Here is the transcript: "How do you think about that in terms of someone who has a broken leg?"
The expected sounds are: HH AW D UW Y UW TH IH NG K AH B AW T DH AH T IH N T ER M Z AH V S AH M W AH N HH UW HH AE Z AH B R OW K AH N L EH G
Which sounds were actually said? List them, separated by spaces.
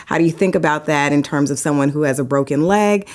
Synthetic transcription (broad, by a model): HH AW D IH Y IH TH IH NG K AH B AW T DH AH T IH N T ER M Z AH V S AH M W AH N HH UW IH Z AH B R OW K AH N L EH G